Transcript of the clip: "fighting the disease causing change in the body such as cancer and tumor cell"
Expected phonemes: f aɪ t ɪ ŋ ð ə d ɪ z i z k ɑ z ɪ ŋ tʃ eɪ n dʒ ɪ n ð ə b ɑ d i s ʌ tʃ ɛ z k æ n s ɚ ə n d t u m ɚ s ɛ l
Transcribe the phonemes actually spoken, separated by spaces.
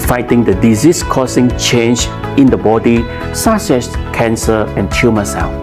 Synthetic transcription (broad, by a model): f aɪ t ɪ ŋ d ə d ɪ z i s k ɑ s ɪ ŋ tʃ eɪ n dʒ ɪ n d ə b ɑ d i s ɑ s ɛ s k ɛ n s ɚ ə n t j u m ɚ s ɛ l